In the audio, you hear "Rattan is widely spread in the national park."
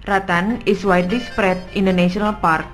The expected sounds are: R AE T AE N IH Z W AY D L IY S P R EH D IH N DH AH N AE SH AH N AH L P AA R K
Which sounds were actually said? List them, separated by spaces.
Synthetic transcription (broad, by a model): R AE T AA N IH S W AY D IY S P R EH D IH N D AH N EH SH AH N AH L P AA R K